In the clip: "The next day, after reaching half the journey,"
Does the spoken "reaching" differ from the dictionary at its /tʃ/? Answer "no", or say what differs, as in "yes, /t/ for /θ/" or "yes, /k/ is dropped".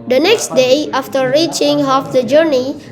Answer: no